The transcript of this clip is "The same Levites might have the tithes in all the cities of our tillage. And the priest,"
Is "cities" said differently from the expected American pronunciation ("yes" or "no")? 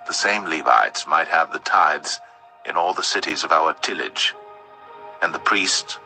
no